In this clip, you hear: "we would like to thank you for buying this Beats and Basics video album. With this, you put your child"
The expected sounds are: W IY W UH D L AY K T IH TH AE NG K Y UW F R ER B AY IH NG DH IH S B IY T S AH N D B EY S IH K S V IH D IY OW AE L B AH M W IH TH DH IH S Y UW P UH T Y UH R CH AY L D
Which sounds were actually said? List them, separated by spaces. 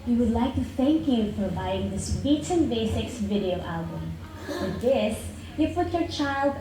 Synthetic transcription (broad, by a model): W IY W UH D L AY K T IH TH AE NG K Y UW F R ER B AY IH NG DH IH S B IY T AH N B EY S IH K S V IH D IY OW AE L B AH M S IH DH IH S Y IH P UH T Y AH R CH AY L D